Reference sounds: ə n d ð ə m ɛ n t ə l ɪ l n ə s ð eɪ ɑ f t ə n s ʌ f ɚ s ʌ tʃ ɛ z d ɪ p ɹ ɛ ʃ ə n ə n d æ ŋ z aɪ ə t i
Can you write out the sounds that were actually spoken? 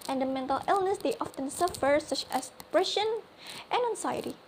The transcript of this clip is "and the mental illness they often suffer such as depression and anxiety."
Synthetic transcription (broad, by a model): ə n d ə m ɛ n t ə l ɪ l n ə s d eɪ ɑ f t ə n s ʌ f ɚ s ʌ tʃ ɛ s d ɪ p ɹ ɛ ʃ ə n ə n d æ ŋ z aɪ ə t i